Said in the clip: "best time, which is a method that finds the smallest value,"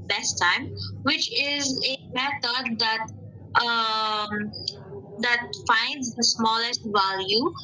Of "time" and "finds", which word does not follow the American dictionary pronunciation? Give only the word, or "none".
none